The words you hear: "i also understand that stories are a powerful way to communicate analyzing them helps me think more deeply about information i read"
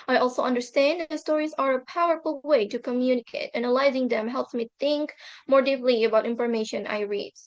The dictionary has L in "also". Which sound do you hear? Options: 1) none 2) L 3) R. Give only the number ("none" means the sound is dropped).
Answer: 2